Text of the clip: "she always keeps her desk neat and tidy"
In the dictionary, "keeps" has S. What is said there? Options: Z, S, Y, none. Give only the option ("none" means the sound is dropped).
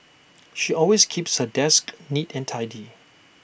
S